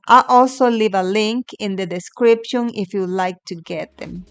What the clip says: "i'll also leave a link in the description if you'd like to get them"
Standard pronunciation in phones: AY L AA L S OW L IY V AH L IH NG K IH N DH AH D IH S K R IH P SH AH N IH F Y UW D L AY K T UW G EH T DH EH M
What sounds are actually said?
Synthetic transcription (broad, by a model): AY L AA L S OW L IY V AH L IH NG K IH N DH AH D IH S K R IH P SH AH N IH F Y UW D L AY K T UW G EH T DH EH M